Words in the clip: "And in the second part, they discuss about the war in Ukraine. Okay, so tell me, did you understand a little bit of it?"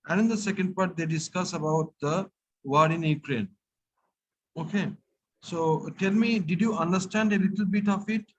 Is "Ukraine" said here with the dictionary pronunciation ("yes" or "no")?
yes